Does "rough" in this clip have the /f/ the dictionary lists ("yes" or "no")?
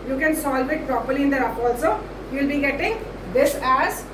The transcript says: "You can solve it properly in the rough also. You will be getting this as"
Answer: no